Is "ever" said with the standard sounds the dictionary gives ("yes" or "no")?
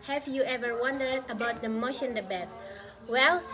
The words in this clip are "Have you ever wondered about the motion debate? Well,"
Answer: yes